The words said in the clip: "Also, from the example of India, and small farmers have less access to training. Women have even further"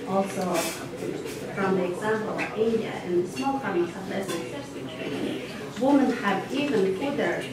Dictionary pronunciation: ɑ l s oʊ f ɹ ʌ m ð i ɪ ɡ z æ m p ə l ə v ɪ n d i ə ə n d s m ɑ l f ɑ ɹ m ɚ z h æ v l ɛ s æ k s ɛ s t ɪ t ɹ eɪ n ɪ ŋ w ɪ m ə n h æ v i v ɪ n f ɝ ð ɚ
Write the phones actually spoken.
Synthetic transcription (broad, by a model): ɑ l s oʊ f ɹ ʌ m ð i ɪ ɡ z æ m p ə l ə v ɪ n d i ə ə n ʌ s m ɑ l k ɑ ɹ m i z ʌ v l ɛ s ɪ s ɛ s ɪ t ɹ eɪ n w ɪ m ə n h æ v i v ɪ n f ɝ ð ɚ